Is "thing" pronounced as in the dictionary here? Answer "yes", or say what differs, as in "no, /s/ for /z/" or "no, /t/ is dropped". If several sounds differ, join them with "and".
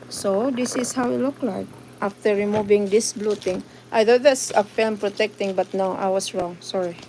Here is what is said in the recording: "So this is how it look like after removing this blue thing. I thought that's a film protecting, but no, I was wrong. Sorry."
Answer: no, /t/ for /θ/